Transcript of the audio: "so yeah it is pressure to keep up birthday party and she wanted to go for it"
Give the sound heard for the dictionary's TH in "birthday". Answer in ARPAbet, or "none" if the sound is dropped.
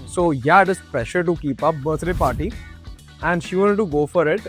T